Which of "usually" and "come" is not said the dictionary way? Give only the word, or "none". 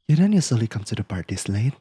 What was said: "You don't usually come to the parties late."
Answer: usually